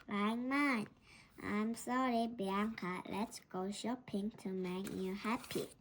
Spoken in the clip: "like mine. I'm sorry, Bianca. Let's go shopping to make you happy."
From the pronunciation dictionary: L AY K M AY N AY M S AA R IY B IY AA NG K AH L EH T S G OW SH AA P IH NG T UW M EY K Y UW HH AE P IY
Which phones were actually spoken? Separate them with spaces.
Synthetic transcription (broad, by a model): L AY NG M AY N AY M S AA R IY B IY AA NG K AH L EH T S G OW SH AA P IH NG T UW M EY K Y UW HH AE P IY